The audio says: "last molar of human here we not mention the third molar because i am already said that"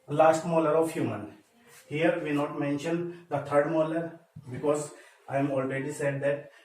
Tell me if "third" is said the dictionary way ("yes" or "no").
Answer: no